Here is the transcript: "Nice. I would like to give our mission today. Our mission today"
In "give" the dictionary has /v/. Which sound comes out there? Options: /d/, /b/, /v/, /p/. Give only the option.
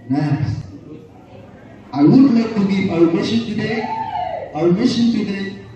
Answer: /p/